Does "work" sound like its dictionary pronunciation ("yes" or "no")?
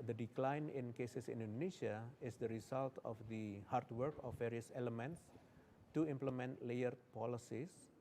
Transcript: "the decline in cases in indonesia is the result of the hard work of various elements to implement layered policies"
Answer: yes